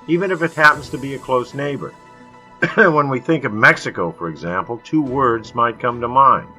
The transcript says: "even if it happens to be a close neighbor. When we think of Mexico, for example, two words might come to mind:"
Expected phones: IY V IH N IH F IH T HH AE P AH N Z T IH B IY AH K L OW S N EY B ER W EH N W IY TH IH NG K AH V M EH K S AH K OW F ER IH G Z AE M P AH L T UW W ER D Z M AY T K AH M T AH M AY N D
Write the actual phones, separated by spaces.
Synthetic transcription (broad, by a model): IY V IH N IH F IH T HH AE P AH N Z T IH B IY AH K L OW S N EY B ER W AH N W IY TH IH NG K AH V M EH K S AH K OW F ER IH G Z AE M P L T UW W ER D Z M AY T K AH M T AH M AY N